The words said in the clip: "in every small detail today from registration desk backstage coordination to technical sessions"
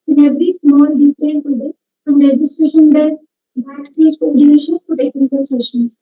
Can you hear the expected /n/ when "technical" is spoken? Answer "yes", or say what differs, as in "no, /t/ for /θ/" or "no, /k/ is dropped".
no, /n/ is dropped